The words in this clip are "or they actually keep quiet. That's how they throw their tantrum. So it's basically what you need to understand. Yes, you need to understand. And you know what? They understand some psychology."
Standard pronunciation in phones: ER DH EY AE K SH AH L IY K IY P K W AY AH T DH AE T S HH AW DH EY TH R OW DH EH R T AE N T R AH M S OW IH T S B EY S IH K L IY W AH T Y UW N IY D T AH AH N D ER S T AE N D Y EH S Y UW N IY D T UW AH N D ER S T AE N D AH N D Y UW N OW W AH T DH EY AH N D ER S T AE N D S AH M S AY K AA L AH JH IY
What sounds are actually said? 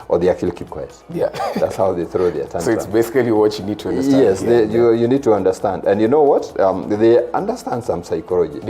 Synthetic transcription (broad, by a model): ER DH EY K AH L K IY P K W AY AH DH AE T S HH AW DH EY TH R OW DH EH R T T AH S OW IH T S B EY S IH K L IY W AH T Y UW N IY D T AH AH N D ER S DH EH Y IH Y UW N IY D T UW AH N D ER S T AE N D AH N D Y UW N OW W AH T DH EY AH N D ER S T AE N D S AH M S AY K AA L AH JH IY